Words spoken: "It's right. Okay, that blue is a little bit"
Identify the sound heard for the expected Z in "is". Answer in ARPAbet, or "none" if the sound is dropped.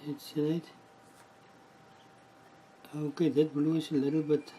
S